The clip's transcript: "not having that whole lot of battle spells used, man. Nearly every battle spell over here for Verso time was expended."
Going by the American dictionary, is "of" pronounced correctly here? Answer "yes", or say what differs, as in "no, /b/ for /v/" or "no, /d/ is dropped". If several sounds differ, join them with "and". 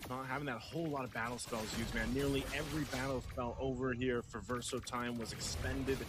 yes